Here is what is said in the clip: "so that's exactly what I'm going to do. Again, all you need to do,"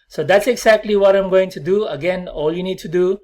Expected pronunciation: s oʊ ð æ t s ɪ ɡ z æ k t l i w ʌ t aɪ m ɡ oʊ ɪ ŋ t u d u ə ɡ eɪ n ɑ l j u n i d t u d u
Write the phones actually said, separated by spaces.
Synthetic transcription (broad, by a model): s oʊ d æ t s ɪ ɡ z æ k t l i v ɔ t aɪ m ɡ oʊ ɪ ŋ t u d u ə ɡ eɪ n ɑ l j u n i d t u d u